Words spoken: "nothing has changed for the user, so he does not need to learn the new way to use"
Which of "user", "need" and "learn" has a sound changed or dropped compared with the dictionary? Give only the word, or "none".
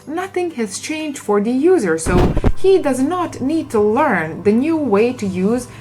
none